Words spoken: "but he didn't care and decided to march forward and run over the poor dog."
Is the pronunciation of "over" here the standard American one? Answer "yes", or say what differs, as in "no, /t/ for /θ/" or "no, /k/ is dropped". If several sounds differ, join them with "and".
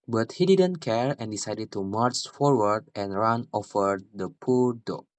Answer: no, /f/ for /v/